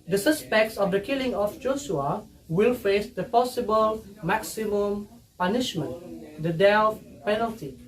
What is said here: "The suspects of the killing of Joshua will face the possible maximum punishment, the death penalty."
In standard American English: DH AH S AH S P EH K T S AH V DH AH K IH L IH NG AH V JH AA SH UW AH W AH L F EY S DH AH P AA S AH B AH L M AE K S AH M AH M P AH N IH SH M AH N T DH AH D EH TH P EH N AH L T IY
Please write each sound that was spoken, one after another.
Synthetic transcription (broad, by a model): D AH S AH S P EH K T S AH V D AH K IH L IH NG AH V JH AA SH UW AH W AH L F EY S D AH P AA S AH B AH L M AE K S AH M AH M P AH N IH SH M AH N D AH D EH F P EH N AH L T IY